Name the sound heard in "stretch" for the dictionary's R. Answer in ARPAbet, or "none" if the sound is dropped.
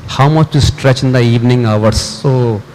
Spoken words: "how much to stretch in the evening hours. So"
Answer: R